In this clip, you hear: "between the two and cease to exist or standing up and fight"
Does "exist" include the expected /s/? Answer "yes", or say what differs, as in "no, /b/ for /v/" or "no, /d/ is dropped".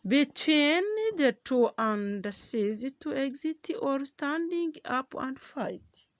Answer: no, /s/ is dropped